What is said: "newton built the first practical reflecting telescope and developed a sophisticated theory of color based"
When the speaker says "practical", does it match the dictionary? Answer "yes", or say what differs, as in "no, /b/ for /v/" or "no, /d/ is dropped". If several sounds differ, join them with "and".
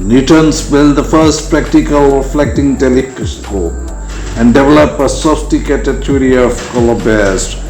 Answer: yes